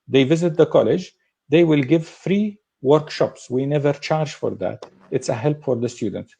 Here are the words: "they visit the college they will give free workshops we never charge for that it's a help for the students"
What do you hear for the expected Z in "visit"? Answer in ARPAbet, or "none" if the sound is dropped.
Z